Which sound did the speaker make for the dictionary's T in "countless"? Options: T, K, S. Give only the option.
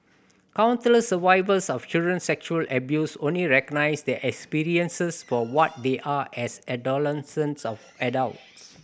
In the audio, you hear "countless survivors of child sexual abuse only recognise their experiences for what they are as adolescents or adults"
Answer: S